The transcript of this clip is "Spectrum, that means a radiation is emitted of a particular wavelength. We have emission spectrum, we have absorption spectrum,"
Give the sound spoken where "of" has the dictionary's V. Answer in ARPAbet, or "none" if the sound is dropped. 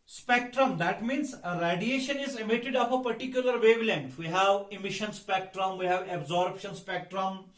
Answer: P